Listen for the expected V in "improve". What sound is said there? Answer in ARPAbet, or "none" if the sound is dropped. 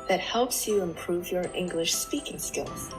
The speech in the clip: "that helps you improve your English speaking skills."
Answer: V